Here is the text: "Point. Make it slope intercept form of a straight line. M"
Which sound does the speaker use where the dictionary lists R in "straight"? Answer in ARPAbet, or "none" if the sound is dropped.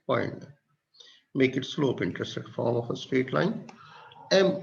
none